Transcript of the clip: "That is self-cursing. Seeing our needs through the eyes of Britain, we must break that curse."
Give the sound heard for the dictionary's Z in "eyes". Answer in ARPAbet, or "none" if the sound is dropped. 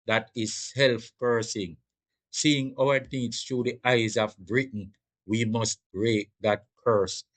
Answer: Z